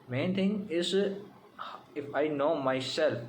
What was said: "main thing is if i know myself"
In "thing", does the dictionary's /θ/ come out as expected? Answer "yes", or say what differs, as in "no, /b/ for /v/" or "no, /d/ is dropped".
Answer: no, /t/ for /θ/